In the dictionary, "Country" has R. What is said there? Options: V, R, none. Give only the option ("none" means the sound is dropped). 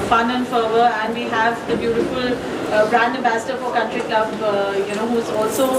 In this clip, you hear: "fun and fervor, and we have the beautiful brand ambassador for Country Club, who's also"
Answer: R